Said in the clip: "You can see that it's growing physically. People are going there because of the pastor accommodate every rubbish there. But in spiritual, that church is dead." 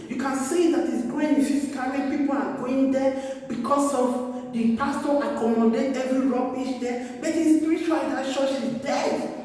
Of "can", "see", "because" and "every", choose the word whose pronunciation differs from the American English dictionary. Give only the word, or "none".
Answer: because